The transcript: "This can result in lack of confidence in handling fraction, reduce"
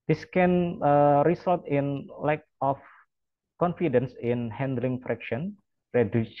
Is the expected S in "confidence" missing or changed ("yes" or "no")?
no